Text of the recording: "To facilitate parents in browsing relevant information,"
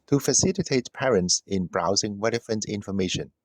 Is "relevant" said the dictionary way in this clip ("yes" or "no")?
no